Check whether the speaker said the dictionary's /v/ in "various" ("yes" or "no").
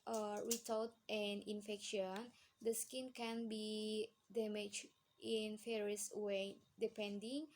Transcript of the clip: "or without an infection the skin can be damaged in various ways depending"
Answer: no